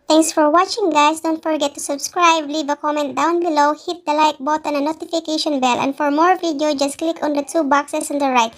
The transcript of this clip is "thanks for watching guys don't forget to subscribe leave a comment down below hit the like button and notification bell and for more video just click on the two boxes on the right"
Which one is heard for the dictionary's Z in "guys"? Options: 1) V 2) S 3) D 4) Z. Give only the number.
2